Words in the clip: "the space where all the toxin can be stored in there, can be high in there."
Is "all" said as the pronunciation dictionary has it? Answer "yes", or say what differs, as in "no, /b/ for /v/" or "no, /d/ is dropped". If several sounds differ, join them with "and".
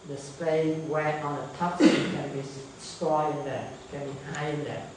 no, /n/ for /l/